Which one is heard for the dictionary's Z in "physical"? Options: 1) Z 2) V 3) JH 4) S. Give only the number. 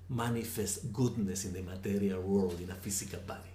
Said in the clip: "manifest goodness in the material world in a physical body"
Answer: 4